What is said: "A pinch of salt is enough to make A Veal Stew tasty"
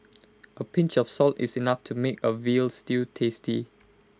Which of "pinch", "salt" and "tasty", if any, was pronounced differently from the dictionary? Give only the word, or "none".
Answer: none